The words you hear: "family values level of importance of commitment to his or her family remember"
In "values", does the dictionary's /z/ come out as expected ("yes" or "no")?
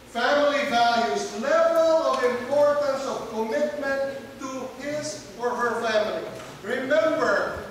no